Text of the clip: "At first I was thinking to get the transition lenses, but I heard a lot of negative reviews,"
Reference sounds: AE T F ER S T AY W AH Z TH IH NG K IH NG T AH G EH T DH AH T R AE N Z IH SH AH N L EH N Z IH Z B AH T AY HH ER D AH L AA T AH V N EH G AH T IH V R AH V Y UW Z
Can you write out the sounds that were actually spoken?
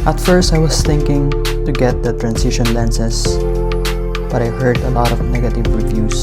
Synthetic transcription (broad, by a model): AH T F ER S T AY W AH S TH IH NG K IH NG T AH G EH T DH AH T R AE N S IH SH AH N L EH N S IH S B AH T AY HH ER D AH L AA T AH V N EH G AH T IH V R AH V Y UW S